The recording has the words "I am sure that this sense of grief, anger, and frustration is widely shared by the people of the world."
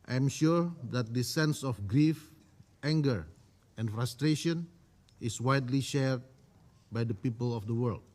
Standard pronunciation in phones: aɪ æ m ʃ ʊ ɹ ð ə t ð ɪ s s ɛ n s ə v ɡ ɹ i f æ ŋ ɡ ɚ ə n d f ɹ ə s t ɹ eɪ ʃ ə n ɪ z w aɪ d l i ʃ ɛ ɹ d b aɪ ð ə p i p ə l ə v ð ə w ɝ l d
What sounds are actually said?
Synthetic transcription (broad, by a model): aɪ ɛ m ʃ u ɹ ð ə t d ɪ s s ɛ n s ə f ɡ ɹ i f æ ŋ ɡ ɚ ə n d f ɹ ə s t ɹ eɪ ʃ ə n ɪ s w aɪ d l i ʃ ɛ ɹ d b aɪ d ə p i p ə l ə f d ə w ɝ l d